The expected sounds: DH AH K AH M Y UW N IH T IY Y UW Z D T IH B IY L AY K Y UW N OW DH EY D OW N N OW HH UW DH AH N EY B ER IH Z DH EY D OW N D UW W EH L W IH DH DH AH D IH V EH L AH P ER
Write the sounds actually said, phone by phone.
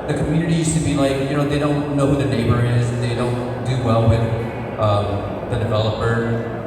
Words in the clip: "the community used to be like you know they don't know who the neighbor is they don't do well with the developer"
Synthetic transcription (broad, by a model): DH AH K M Y UW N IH T IY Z T IH B IY L AY K Y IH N OW DH EY D OW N N OW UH DH AH N EY B ER IH Z DH EY D OW N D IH W EH L W IH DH DH AH D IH V EH L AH P ER